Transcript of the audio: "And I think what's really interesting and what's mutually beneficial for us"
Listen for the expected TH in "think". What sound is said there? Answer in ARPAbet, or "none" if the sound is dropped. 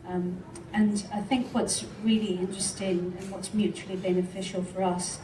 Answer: TH